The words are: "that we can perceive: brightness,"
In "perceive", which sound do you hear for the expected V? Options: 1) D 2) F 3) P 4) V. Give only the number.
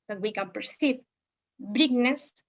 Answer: 3